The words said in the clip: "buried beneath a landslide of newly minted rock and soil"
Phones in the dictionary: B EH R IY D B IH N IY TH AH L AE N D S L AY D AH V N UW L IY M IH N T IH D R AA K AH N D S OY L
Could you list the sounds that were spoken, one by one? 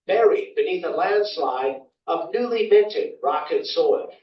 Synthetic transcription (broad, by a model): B EH R IY D B IH N IY TH AH L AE N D S L AY D AH V N UW L IY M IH N T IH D R AA K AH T S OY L